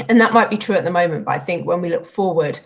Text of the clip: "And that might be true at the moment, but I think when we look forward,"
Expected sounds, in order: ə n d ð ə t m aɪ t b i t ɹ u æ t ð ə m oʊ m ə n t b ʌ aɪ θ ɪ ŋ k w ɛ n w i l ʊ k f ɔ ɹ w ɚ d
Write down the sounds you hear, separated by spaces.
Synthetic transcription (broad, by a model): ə n ð ə t m aɪ t b i t ɹ u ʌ t ð ə m oʊ m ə n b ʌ aɪ θ ɪ ŋ k w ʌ n w i l ʊ k f ɔ w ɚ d